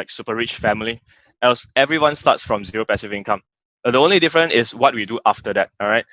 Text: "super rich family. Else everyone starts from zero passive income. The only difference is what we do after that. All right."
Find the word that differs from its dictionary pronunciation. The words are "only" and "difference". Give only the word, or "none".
difference